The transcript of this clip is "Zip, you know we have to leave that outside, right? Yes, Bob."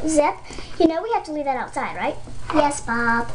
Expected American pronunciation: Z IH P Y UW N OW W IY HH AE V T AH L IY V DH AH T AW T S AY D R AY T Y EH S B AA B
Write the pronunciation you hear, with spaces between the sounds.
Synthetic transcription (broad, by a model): Z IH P Y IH N OW W IY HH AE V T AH L IY V DH AH T AW T S AY D R AY T Y EH S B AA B